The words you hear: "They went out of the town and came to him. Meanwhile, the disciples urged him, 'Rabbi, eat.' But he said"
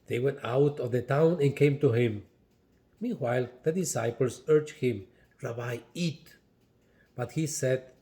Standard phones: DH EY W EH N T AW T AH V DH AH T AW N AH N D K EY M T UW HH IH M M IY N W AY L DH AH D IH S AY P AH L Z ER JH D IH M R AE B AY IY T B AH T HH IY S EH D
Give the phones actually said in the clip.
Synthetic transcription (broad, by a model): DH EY W EH N T AW T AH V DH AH T AW N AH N K EY M T UW HH IH M M IY N W AY L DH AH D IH S AY P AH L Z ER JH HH IH M R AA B AY IY T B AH T HH IY S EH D